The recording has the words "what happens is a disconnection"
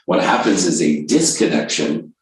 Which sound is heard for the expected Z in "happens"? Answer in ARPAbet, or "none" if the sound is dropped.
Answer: Z